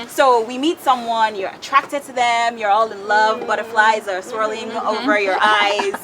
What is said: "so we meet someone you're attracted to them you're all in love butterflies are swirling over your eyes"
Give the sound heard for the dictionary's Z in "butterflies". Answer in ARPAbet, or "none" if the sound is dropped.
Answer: Z